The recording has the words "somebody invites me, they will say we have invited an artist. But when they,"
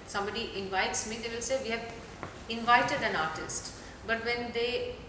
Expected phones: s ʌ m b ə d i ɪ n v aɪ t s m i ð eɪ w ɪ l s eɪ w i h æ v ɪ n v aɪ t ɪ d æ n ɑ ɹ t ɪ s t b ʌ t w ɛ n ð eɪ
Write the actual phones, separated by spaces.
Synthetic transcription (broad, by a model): s ʌ m b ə d i ɪ n v aɪ t s m i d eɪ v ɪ l s eɪ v i h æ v ɪ n v aɪ t ɪ d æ n ɑ ɹ t ɪ s t b ʌ t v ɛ n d eɪ